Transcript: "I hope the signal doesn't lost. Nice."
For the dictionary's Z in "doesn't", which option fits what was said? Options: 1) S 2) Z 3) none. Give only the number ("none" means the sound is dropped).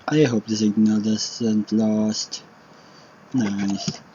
1